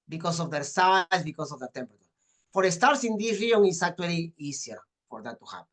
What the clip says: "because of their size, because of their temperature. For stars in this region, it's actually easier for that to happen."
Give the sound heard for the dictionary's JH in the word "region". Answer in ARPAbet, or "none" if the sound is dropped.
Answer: none